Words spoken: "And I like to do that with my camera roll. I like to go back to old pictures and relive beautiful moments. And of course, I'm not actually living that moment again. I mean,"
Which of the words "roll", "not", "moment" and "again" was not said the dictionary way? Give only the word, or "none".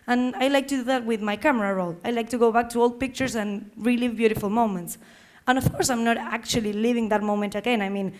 none